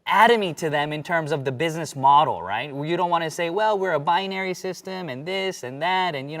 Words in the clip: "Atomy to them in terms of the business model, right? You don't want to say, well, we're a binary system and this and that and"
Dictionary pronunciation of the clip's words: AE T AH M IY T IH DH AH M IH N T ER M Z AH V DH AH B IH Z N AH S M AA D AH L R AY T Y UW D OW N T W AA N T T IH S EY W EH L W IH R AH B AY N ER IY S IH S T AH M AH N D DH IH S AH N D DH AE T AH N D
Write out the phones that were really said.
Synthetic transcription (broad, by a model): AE T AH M IY T IH DH AH M IH N T ER M Z AH V DH AH B IH Z N AH S M AA D L R AY T Y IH D OW N T W AA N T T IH S EY W EH L W IH R AH B AY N ER IY S IH S T AH M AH N DH IH S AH N DH AE T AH N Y